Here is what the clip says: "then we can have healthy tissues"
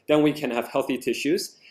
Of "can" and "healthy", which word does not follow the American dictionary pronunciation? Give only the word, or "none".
none